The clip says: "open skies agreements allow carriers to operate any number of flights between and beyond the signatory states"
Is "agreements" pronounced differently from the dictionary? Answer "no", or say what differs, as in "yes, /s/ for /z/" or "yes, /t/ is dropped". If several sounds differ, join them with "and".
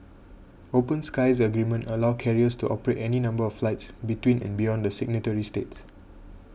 yes, /s/ is dropped